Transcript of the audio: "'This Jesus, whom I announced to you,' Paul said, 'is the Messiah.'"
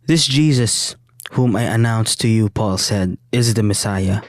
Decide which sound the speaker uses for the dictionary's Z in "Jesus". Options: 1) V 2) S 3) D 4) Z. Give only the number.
4